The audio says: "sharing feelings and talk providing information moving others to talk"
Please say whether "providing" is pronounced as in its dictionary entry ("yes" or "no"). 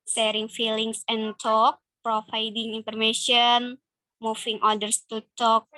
no